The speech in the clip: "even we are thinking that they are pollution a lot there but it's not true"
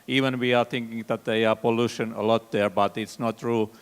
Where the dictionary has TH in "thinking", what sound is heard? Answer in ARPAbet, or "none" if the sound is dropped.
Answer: T